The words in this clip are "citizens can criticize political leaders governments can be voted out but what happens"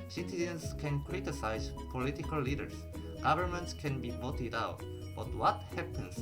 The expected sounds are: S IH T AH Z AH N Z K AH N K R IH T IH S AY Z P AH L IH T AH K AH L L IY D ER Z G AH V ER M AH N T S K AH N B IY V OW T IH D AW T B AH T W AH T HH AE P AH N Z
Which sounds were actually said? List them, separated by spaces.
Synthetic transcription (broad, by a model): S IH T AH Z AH N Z K AH N K R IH T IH S AY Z P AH L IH T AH K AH L L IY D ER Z G AH V ER M AH N T S K AH N B IY V OW T IH D AW T B AH T W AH T HH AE P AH N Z